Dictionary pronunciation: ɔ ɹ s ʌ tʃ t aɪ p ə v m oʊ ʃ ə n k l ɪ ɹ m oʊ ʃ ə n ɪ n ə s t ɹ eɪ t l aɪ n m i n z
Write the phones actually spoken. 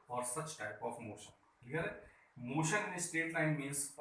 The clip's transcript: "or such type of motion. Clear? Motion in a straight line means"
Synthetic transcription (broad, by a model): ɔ ɹ s ʌ tʃ t aɪ p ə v m oʊ ʃ ə n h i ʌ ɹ m oʊ ʃ ə n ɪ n ə s t eɪ t l aɪ n m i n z